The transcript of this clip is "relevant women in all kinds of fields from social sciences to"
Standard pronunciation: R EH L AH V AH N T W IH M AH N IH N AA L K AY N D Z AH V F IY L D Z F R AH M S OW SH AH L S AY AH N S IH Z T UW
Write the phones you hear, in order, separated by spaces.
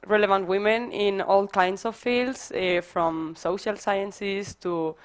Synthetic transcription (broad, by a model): R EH L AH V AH N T W IH M AH N IH N AA L K AY N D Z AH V F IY L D S F R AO M S OW SH AH L S AY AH N S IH S T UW